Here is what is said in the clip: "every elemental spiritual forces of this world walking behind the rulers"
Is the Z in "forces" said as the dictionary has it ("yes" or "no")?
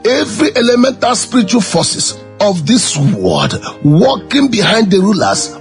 no